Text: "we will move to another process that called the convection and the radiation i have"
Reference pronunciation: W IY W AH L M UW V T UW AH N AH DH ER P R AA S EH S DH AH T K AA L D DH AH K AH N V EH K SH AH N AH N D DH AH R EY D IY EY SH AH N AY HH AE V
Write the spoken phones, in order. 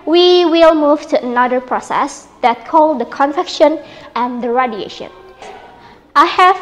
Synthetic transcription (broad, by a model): W IY W AH L M UW V T UW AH N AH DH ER P R AA S EH S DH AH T K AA L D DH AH K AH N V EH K SH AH N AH N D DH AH R EY D IY EY SH AH N AY HH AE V